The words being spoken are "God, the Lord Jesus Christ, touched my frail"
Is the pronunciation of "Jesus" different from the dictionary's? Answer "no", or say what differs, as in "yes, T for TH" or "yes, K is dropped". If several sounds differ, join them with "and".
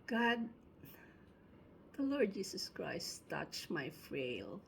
yes, S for Z